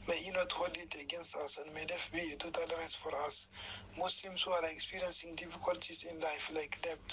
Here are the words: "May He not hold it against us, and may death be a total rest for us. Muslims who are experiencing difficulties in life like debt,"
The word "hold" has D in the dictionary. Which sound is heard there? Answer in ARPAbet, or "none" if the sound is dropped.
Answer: none